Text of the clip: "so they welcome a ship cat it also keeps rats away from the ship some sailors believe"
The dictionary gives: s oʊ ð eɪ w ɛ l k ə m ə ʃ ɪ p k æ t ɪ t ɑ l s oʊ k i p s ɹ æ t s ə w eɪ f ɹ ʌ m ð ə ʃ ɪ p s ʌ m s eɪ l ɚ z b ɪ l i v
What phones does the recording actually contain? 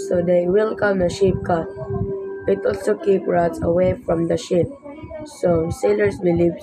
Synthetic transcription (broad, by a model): s oʊ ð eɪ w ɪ l k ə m ə ʃ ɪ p k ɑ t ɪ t ɑ l s oʊ k i p ɹ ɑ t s ə w eɪ f ɹ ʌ m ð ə ʃ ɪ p s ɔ s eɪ l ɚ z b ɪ l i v